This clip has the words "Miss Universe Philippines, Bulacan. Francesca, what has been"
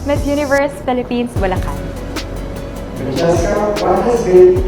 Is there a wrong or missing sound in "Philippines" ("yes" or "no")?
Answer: yes